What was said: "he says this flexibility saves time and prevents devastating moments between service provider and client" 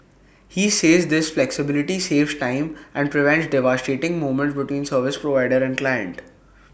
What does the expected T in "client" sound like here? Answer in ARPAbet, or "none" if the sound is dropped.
T